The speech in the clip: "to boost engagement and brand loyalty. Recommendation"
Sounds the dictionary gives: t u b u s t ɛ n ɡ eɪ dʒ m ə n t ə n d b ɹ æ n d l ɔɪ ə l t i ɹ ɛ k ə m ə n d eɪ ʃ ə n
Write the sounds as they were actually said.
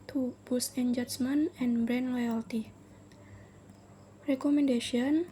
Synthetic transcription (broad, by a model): t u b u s ɛ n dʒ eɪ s m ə n ə n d b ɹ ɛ n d l ɔɪ ə l t i ɹ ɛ k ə m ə n d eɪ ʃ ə n